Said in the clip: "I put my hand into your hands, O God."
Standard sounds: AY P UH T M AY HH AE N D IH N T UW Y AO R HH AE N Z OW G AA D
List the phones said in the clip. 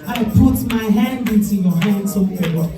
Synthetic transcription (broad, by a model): AY P UH T M AY HH AE N D IH N T UW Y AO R HH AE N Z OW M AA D